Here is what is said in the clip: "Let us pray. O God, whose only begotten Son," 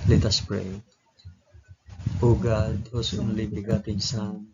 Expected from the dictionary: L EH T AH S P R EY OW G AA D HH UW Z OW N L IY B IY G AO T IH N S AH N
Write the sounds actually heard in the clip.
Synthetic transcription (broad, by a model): L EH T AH S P R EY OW G AA D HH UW S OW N L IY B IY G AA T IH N S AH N